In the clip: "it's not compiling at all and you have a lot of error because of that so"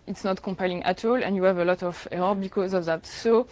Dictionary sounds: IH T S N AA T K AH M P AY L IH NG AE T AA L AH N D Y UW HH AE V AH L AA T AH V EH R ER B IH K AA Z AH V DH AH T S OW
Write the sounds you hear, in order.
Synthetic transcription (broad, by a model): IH T S N AA T K AH M P AY L IH NG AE T AA L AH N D Y UW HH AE V AH L AA T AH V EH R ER B IH K AA Z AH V DH AH T S OW